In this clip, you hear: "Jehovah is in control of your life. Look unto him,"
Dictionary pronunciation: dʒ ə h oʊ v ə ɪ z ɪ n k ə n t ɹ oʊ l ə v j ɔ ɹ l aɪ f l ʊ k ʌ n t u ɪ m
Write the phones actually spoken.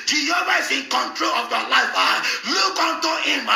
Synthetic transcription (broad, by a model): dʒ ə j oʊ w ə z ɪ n k ə n t ɹ oʊ l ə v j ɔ l aɪ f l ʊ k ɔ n t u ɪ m